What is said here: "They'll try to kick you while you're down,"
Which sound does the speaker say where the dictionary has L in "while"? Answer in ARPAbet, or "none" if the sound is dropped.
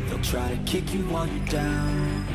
N